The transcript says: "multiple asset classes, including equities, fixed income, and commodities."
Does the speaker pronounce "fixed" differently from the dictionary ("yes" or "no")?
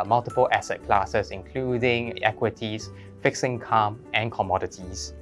yes